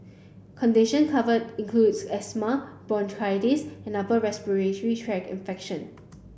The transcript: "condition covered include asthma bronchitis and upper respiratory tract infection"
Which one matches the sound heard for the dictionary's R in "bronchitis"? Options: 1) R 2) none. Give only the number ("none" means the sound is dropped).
2